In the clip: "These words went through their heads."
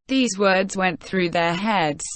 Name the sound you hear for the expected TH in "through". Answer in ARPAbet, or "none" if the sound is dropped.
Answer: TH